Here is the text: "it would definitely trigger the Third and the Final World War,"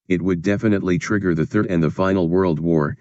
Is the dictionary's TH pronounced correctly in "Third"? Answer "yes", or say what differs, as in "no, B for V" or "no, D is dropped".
yes